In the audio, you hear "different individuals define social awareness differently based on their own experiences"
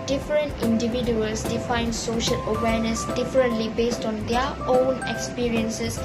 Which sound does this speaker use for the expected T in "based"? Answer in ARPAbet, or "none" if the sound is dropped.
T